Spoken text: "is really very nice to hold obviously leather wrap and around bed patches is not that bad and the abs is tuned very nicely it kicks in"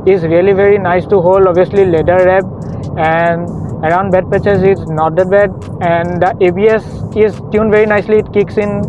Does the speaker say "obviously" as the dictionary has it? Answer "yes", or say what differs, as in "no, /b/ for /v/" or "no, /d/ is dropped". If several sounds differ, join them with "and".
no, /v/ is dropped